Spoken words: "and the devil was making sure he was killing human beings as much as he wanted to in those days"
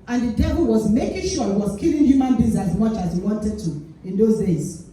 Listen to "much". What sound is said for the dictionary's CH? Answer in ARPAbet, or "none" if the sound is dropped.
CH